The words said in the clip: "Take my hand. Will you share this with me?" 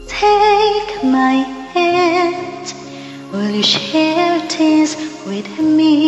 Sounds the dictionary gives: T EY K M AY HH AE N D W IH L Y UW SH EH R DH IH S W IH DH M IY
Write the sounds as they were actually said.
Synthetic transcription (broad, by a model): T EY K M AY HH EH D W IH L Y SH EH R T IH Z W IH DH M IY